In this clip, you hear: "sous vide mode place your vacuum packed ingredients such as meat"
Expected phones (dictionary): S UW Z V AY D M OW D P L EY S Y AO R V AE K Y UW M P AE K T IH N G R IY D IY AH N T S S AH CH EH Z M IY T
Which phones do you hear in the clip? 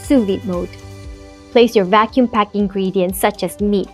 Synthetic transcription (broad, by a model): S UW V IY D M OW D P L EY S Y AO R V AE K Y UW M P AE K IH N G R IY D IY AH N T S S AH CH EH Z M IY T